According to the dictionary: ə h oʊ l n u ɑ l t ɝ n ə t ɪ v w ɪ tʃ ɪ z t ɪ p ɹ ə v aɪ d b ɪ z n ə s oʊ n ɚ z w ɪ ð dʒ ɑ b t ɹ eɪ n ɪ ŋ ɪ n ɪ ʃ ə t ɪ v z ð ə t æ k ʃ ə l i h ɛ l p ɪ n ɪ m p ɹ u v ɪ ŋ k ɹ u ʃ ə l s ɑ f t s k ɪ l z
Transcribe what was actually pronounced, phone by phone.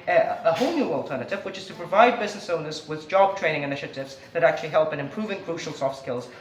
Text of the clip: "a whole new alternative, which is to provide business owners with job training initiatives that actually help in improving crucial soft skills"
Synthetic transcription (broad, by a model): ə h oʊ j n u ɑ l t ɝ n ə t ɪ v w ɪ tʃ ɪ z t ɪ p ɹ ə v aɪ d b ɪ z n ə s oʊ n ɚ z w ɪ ð dʒ ɑ b t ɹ eɪ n ɪ ŋ ɪ n ɪ ʃ ə t ɪ v z ð ə t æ k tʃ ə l i h ɛ l p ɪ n ɪ m p ɹ u v ɪ ŋ k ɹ u ʃ l s ɑ f t s k ɪ l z